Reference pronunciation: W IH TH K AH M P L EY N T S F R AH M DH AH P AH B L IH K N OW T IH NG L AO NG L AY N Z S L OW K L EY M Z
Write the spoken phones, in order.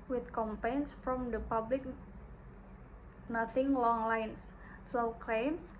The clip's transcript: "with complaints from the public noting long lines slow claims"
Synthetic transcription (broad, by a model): W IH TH K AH M P EY N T S F R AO M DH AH P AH B L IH K N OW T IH NG L AO NG L AY N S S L K L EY M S